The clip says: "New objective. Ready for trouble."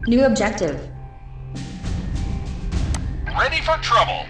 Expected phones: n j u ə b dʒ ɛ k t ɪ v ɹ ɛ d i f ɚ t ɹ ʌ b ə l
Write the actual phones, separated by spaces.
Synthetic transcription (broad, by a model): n j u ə b dʒ ɛ k t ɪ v l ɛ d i f ɚ t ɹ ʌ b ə l